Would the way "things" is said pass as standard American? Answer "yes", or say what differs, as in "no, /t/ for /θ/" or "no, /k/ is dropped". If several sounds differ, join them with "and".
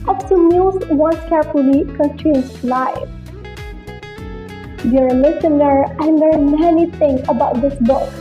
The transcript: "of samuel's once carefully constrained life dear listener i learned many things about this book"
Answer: no, /z/ is dropped